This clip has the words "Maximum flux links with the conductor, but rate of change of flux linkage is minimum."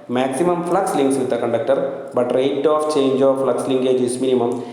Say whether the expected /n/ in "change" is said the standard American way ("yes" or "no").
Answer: yes